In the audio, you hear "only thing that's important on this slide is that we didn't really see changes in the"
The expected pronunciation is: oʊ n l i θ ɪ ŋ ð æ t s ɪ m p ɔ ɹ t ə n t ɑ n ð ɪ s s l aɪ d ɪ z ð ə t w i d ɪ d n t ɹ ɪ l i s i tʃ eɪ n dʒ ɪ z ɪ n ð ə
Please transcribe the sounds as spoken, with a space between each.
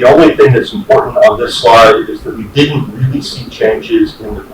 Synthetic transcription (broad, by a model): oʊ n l i θ ɪ ŋ ð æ t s m p ɔ ɹ t n t n ð ɪ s s l aɪ d ɪ z ð ə t w i d ɪ d n t ɹ ɪ l i s i tʃ eɪ n dʒ ɪ z ɪ n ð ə